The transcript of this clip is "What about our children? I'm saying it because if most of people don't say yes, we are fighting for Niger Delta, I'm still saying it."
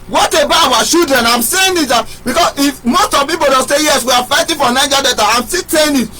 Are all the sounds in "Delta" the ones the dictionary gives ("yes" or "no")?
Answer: no